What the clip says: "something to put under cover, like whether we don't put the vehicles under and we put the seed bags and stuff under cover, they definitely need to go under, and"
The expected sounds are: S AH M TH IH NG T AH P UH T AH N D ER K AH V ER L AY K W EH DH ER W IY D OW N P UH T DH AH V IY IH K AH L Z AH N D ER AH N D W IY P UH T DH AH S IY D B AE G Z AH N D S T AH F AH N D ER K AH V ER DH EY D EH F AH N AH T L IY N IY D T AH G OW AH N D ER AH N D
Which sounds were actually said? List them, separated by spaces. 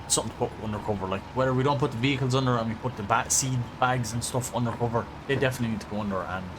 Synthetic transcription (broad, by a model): S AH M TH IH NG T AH P UH T AH N D ER K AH V ER L AY K W EH DH ER W IY D OW N P UH T DH AH V IY IH K AH L Z AH N D ER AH N W IY P UH T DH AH S IY D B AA G Z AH N S T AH F AH N D ER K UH V ER DH EY D EH F AH N AH T L IY N IY D T AH G OW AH N D ER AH N